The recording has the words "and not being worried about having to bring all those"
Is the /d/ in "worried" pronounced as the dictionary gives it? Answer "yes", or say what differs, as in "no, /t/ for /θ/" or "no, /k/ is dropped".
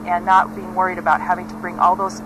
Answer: yes